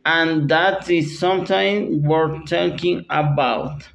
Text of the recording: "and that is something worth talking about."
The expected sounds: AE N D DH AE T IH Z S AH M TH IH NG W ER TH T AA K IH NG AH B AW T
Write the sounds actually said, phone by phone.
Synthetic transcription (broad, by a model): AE N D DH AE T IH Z S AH M T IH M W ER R T AA K IH NG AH B AW T